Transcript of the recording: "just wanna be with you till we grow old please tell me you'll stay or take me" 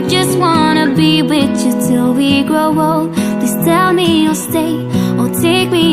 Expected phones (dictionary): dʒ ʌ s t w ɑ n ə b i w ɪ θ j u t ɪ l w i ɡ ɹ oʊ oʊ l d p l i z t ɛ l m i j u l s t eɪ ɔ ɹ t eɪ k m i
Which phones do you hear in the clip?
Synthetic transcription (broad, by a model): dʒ ʌ s t w ɑ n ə b i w ɪ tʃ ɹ t ɪ l w i ɡ ɹ oʊ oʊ l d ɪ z t ɛ l m i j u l s t eɪ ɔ l t eɪ k m i